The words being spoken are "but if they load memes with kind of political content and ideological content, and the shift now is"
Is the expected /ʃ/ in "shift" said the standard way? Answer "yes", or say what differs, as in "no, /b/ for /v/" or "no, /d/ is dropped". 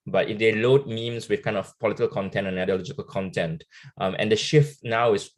yes